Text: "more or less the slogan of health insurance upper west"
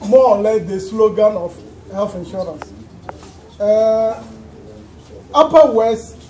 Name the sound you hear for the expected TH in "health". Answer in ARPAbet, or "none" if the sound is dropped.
F